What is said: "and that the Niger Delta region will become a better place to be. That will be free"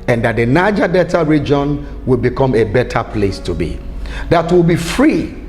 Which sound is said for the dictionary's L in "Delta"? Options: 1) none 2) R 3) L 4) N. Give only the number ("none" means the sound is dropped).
1